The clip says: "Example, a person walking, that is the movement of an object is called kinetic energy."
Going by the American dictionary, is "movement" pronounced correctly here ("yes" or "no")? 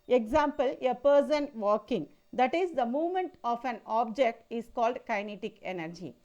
yes